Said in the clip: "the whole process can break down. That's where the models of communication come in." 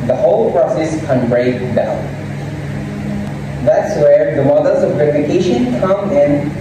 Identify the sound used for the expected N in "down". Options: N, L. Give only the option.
L